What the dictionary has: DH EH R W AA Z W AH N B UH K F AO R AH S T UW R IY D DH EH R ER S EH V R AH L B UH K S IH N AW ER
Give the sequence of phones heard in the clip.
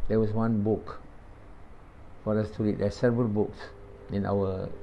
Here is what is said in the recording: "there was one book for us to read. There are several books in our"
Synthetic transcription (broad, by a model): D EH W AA S W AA N B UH K F AO R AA S T UW R IY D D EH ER S EH V R AH L B UH K S IH N AW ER